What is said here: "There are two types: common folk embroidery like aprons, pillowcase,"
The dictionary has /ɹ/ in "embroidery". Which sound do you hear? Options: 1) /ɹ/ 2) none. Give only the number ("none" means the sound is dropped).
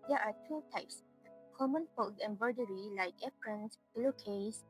2